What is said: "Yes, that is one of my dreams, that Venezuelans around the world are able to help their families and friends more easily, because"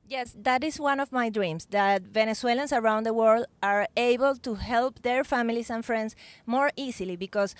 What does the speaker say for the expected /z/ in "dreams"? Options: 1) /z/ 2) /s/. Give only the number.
2